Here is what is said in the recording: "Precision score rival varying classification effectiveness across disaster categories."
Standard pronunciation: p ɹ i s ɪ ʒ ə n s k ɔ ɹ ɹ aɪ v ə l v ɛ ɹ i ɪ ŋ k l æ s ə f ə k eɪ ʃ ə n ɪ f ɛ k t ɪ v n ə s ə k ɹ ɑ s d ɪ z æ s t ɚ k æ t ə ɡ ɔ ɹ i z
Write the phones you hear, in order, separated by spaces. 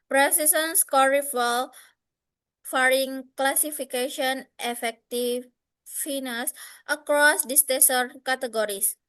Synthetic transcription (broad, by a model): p ɹ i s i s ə n s k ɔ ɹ ɹ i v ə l f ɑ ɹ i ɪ ŋ k l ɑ s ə f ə k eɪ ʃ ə n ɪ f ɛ k t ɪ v n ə s ə k ɹ ɑ s d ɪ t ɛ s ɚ k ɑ t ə ɡ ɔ ɹ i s